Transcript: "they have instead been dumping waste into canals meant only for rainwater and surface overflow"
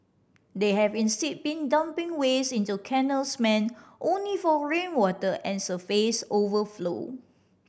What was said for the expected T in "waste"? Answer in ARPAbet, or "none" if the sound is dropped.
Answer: none